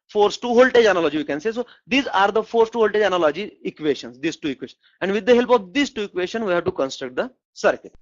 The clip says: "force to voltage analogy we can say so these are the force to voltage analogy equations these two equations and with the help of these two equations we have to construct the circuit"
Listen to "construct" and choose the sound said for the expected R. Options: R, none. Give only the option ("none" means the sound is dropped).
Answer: R